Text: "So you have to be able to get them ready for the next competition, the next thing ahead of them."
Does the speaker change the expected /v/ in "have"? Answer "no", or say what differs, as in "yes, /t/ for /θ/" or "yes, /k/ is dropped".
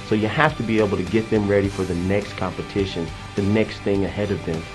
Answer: yes, /f/ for /v/